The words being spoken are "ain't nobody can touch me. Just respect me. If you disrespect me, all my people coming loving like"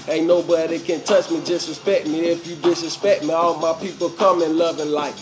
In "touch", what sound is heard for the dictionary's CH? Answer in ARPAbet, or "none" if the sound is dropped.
CH